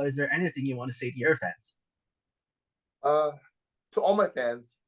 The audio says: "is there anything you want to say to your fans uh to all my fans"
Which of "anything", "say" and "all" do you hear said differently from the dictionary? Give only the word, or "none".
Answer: none